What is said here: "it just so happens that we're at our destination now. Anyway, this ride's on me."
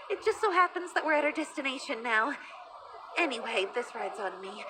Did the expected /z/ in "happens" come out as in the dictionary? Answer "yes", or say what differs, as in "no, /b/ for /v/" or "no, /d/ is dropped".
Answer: yes